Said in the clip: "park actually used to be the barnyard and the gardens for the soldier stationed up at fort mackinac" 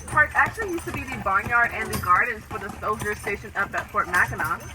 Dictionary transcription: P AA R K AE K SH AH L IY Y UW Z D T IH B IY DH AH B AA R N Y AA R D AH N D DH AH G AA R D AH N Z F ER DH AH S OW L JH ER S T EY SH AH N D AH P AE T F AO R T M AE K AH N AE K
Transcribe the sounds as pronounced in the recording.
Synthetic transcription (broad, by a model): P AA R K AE K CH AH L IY Y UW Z T IH B IY DH AH B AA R N Y AA R D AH N DH AH G AA R D N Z F ER DH AH S OW L JH ER S T EY SH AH N AH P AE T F AO R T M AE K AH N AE